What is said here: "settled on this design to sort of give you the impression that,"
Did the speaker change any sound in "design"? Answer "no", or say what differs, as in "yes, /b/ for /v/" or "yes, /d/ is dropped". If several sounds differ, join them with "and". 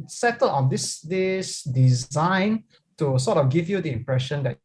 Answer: no